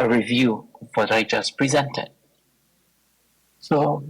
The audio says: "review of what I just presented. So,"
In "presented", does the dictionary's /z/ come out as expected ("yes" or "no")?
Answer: yes